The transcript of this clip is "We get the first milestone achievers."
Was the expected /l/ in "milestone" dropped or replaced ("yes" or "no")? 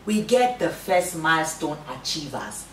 no